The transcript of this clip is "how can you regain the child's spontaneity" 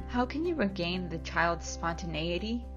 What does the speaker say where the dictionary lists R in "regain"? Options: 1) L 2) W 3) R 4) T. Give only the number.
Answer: 3